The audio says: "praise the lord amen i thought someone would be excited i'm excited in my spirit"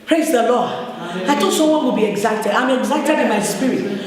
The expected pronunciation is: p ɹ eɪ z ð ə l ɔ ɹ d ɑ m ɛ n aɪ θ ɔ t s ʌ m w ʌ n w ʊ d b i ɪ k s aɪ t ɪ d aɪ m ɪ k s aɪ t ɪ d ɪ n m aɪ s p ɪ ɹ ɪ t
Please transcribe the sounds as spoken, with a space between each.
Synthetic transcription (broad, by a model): p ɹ eɪ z ð ə l ɔ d ɑ ɪ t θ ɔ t s ʌ m w ʌ n w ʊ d b i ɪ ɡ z aɪ t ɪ d aɪ m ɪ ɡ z aɪ t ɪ d ɪ n m aɪ s p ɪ ɹ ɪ t